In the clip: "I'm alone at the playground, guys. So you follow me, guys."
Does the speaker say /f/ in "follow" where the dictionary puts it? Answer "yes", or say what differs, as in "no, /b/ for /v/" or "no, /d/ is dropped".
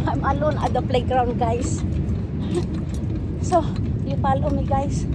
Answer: no, /p/ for /f/